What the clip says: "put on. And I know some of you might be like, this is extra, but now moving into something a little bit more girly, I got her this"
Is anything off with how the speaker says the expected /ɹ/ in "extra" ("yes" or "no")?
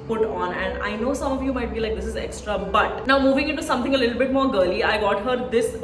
no